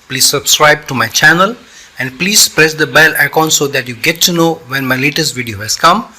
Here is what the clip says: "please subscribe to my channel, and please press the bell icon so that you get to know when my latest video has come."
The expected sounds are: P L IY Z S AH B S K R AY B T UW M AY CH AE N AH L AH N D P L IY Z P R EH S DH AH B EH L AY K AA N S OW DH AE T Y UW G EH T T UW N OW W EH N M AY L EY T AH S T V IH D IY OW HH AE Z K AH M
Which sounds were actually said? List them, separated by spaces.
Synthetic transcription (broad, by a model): P L IY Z S AH B S K R AY B T UW M AY CH AE N AH L AH N D P L IY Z P R EH S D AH B EH L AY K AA N S OW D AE T Y UW G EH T T UW N OW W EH N M AY L EY T AH S T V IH D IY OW HH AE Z K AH M